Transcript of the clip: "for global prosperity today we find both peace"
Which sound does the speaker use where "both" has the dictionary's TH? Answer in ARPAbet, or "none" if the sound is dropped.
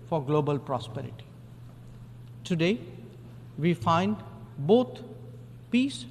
T